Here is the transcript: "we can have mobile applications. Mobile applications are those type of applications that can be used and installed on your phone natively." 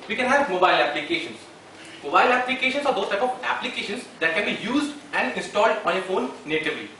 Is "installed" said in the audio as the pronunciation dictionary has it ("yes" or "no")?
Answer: yes